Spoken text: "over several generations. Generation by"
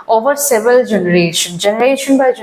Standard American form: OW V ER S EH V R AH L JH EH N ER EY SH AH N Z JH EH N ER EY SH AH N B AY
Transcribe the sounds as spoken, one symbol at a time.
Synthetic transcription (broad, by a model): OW V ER S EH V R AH L JH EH N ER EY SH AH N JH EH N ER EY SH AH N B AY